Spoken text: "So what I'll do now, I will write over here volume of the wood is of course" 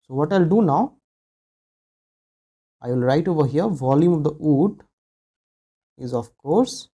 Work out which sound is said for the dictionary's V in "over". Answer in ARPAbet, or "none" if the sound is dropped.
V